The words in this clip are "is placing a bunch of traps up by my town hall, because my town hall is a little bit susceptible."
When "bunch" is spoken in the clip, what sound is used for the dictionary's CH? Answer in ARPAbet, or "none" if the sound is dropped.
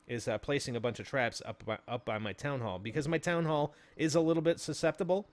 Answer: CH